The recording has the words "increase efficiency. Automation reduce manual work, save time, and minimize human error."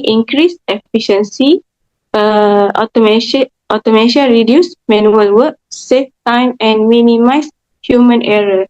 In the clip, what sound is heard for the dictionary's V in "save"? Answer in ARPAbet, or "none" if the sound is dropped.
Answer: F